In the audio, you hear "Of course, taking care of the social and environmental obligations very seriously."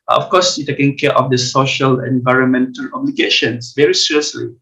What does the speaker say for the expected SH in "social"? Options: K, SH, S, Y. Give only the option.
SH